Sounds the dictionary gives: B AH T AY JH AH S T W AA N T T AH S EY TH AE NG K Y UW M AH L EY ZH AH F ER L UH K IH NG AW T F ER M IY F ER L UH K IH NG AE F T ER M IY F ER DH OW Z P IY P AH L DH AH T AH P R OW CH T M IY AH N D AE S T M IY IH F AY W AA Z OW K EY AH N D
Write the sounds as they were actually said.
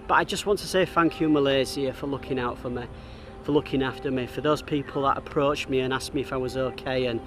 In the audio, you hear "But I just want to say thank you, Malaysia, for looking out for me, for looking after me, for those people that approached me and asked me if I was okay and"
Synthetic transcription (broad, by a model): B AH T AY JH AH S T W AA N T T AH S EY TH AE NG K Y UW M AH L EY Z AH F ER L UH K IH NG AW T F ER M IY F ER L UH K IH NG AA F T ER M IY F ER DH OW Z P IY P AH L DH AH T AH P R OW CH M IY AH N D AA S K M IY IH F AY W AA Z OW K EY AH N